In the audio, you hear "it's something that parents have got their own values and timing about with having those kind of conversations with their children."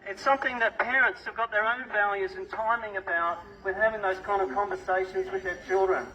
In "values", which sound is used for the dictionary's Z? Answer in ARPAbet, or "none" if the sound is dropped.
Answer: Z